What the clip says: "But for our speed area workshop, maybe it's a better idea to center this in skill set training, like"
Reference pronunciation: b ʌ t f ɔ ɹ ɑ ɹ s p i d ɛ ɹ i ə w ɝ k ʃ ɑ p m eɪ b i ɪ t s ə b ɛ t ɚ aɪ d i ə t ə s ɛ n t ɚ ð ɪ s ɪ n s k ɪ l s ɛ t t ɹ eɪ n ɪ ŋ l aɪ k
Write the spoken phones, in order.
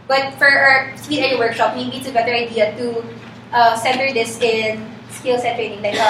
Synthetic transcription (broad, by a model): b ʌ t f ɔ ɹ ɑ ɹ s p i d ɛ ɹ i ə w ɝ k ʃ ɑ p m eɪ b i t ə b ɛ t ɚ aɪ d i ə t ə s ɛ n t ɚ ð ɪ s ɪ n s k ɪ l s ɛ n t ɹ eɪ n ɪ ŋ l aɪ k